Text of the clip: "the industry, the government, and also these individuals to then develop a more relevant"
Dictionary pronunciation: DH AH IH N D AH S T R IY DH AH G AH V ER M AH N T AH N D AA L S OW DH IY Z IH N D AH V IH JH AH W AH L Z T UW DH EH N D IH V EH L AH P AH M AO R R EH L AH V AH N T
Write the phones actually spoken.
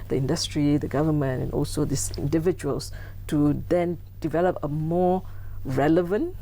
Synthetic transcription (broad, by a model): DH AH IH N D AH S T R IY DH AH G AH V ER M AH N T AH N AA L S OW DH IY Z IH N D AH V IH JH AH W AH L S T UW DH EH N D IH V EH L AH P AH M AO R R EH L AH V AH N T